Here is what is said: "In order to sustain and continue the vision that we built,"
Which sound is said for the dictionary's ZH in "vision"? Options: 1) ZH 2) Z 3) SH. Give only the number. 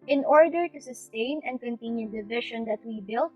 3